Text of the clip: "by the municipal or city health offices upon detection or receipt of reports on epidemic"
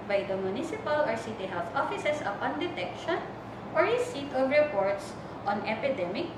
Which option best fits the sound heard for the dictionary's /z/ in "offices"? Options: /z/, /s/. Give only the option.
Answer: /s/